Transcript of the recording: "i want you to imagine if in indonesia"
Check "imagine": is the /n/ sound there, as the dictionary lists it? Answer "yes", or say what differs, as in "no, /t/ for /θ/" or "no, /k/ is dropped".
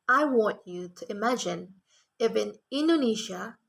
yes